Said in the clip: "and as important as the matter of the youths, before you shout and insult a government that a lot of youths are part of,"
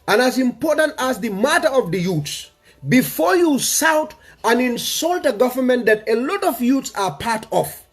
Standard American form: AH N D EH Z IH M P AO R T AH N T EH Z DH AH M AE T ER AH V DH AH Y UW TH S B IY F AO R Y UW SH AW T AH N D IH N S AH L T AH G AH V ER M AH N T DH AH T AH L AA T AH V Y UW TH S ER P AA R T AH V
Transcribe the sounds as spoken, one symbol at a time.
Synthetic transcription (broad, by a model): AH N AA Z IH M P AO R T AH N T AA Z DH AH M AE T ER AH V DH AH Y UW T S B IY F AO R Y UW S AW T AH N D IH N S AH L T AH G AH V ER M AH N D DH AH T AH L AA T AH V Y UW T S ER P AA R T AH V